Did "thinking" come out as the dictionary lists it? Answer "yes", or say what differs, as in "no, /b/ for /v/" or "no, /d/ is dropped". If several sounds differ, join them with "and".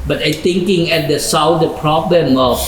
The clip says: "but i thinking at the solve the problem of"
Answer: no, /t/ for /θ/